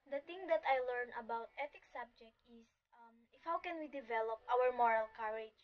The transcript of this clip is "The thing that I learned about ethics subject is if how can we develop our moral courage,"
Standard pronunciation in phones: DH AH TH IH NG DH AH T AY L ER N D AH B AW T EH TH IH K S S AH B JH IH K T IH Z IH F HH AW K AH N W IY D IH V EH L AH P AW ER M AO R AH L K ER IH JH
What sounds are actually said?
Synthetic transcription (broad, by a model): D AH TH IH NG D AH T AY L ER N AH B AW T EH T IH K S S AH B JH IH K T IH S IH F HH AW K AH N W IY D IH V EH L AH P AW ER M AO R AH L K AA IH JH